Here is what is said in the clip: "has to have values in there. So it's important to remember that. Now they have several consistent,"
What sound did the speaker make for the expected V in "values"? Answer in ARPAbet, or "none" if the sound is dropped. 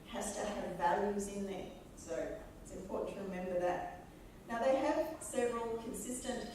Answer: V